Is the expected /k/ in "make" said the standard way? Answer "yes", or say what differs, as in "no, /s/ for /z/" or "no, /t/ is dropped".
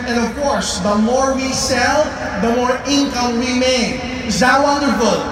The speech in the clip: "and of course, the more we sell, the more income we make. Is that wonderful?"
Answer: no, /k/ is dropped